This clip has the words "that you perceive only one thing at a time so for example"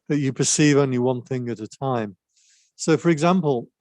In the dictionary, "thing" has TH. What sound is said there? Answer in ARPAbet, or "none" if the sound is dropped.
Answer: TH